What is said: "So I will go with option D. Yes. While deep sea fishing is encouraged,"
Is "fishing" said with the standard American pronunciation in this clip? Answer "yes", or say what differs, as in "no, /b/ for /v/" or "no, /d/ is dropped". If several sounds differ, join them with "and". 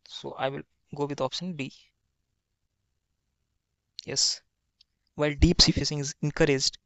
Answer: no, /s/ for /ʃ/